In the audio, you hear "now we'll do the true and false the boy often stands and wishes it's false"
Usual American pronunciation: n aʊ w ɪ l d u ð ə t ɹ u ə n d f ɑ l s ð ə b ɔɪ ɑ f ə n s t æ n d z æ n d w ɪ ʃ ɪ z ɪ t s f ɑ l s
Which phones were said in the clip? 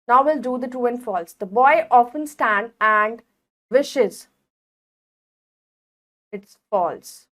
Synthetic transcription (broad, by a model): n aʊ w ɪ l d u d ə t u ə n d f ɑ l s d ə b ɔɪ ɑ f ə n s t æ n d æ n d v ɪ ʃ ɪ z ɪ t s f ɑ l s